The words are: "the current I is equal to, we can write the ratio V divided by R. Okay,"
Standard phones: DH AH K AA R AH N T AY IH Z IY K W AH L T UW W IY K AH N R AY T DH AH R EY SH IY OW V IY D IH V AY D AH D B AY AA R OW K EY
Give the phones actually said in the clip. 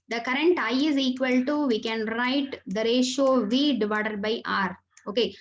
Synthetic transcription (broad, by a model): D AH K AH R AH N T AY IH Z IY K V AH L T UW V IY K AH N R AY T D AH R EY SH OW V IY D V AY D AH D B AY AA R OW K EY